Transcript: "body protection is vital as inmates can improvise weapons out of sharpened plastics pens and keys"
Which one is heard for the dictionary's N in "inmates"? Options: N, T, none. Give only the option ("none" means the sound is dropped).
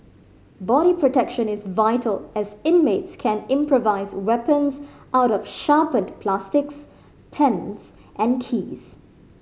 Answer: N